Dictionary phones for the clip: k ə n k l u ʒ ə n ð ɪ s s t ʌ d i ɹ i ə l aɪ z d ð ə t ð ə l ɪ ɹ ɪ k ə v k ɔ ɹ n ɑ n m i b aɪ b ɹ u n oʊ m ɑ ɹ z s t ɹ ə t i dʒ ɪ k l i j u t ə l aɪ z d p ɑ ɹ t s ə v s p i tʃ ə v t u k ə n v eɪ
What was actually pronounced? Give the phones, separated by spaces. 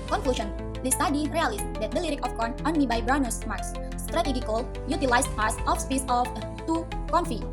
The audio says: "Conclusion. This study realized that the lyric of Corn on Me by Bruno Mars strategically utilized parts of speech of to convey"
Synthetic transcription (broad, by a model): k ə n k l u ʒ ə n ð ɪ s s t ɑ d i ɹ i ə l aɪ s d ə t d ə l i ɹ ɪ k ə f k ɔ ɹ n ɑ n m i b aɪ b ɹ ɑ n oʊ m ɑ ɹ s s t ɹ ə t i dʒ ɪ k l j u t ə l aɪ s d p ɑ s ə f s p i s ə f t u k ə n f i